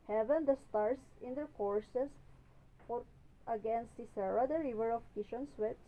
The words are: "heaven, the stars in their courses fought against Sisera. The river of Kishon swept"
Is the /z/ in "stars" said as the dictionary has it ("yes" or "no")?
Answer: no